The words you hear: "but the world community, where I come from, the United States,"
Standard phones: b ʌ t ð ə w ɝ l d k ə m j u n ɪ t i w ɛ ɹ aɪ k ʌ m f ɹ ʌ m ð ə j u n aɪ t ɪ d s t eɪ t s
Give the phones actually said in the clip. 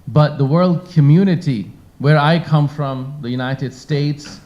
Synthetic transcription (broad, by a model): b ʌ t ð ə w ɝ l d k ə m j u n ɪ t i w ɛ ɹ aɪ k ʌ m f ɹ ʌ m ð ə j u n aɪ t ɪ d s t eɪ t s